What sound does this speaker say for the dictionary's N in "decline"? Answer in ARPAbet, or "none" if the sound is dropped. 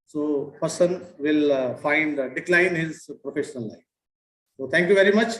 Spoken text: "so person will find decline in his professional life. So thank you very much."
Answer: none